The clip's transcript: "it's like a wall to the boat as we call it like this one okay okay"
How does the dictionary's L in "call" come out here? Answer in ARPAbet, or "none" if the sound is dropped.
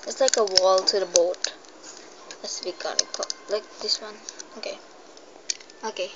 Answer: N